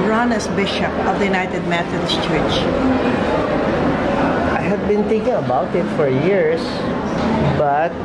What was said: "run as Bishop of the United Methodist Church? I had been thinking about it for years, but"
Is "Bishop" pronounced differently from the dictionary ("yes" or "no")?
no